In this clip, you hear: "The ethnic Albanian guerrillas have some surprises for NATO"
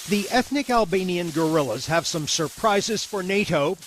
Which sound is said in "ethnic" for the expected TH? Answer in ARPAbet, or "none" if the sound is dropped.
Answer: TH